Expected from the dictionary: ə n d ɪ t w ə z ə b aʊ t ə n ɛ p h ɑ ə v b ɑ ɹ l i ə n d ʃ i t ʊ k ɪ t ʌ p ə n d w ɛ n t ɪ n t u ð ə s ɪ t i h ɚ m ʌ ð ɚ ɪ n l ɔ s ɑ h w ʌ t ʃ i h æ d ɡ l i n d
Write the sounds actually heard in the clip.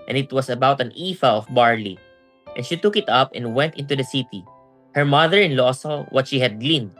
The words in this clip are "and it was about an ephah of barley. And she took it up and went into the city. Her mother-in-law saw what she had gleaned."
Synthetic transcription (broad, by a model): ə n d ɪ t w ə s ə b aʊ t ə n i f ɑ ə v b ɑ ɹ l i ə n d ʃ i t ʊ k ɪ t ʌ p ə n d w ɛ n t ɪ n t u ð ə s ɪ t i h ɚ m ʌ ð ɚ ɪ n l ɔ s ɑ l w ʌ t ʃ i h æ d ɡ l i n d